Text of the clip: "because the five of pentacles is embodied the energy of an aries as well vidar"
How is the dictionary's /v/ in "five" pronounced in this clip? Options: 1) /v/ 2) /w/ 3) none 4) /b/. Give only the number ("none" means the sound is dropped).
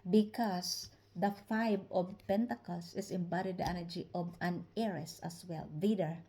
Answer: 4